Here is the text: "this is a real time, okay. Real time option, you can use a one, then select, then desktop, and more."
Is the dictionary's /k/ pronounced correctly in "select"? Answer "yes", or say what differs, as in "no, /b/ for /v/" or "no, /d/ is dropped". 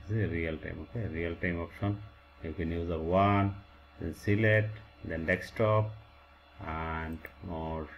no, /k/ is dropped